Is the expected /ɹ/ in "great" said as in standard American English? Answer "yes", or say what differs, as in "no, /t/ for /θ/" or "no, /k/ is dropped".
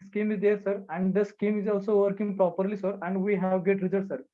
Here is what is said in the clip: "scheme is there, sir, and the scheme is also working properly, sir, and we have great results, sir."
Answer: no, /ɹ/ is dropped